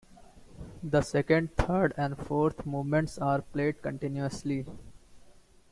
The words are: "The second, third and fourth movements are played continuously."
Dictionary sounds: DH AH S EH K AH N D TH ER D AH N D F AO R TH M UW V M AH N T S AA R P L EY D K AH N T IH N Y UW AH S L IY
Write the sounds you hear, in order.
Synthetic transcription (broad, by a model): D AH S EH K AH N D T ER D AH N D F AO R T M UW V M AH N T S AA R P L EY D K AH N T IH N Y UW AH S L IY